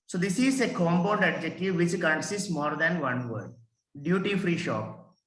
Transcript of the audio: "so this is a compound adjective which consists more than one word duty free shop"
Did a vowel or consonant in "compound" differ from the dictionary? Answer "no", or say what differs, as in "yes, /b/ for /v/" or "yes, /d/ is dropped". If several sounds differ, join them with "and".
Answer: yes, /b/ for /p/